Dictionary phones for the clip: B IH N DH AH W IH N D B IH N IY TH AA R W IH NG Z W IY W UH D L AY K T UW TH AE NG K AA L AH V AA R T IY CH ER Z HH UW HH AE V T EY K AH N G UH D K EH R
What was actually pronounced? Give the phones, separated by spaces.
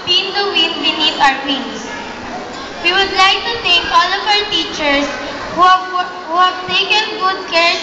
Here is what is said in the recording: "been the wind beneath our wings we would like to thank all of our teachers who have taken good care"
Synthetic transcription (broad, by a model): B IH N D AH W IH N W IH N IY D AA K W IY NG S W IY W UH D L AY K T UW T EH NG K AA L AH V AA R T IY CH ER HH HH UW HH AE V T EY K AH N G UH D K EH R